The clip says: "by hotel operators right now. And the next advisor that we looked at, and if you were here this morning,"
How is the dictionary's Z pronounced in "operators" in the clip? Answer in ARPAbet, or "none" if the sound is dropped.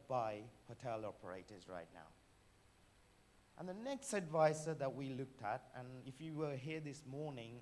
Z